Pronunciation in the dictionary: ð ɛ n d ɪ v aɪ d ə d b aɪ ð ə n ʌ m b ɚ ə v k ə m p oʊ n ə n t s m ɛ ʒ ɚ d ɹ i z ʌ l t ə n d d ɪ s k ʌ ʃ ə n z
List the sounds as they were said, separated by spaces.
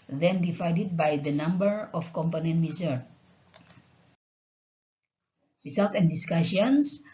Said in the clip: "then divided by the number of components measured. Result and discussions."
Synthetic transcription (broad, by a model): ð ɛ n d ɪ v aɪ d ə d b aɪ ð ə n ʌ m b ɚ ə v k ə m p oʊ n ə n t m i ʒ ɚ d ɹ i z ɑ l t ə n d d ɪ s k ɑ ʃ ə n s